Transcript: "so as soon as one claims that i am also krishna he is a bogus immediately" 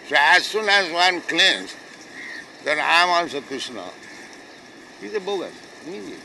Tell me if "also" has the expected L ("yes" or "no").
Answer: no